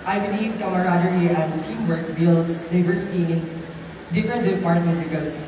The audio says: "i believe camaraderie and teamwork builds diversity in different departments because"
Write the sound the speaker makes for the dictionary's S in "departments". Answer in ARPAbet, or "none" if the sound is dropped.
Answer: none